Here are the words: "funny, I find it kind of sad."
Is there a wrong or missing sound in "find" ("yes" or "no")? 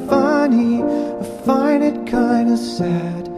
yes